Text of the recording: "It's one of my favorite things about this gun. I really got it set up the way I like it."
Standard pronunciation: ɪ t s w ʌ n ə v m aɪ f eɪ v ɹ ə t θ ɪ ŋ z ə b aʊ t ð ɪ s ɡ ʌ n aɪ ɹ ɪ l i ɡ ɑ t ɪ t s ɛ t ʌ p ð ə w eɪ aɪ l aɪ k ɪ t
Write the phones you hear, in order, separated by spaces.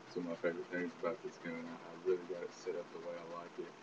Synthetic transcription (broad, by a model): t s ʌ ə m aɪ f eɪ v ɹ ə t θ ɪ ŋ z ə b aʊ t ð ɪ s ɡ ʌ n aɪ ɹ ɪ l i ɡ ɑ t ɪ t s ɛ t ʌ p ð ə w eɪ aɪ l aɪ k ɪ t